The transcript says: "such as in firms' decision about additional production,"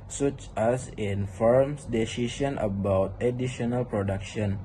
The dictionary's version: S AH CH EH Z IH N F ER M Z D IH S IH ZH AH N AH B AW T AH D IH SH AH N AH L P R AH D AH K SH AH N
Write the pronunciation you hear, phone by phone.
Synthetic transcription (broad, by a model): S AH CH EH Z IH N F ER M S D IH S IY SH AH N AH B AW T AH D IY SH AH N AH L P R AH D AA K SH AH N